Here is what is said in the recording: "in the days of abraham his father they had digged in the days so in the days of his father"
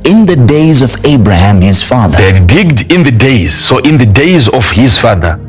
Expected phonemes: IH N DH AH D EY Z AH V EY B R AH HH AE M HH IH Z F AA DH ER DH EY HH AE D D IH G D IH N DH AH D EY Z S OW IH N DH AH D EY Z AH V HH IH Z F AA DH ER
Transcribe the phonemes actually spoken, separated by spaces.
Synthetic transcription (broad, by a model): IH N DH AH D EY Z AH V EY B R AH HH AE M HH IH Z F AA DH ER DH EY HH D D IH G D IH N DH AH D EY Z S OW IH N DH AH D EY Z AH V HH IH Z F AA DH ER